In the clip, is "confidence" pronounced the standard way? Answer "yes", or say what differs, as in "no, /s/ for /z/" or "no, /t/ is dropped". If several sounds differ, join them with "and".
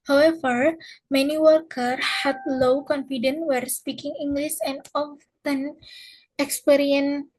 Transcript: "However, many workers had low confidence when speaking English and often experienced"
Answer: no, /s/ is dropped